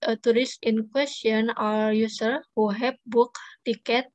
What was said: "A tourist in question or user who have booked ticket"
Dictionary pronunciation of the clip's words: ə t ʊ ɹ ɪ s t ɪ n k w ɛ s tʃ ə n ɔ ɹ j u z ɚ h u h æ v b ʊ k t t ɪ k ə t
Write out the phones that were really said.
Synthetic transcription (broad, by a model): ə t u ɹ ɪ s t ɪ n k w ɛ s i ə n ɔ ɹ j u s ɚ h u h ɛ p b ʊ k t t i k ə t